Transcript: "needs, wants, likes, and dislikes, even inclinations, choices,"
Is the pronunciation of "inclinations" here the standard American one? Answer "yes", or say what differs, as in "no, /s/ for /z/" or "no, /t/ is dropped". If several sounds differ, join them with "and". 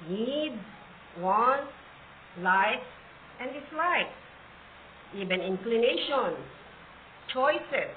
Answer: no, /s/ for /z/